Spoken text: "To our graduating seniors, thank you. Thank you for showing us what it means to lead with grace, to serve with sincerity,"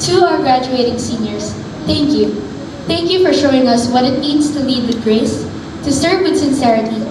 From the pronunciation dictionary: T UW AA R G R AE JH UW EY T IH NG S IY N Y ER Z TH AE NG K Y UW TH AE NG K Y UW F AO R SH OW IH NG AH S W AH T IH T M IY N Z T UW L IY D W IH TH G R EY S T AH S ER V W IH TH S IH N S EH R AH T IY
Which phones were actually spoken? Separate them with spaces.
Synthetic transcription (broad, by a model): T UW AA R G R AE JH UW EY T IH NG S IY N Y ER S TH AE NG K Y UW TH AE NG K Y UW F AO R SH OW IH NG AH S W AH T IH T M IY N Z T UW L IY D W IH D G R EY S T AH S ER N W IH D S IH N S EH R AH T IY